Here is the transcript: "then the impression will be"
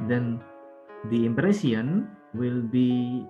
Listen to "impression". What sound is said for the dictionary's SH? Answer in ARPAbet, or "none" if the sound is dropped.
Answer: S